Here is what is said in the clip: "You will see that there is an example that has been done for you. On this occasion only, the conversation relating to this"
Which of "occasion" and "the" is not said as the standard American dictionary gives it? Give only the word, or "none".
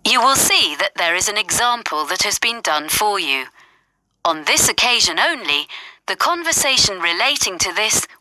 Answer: none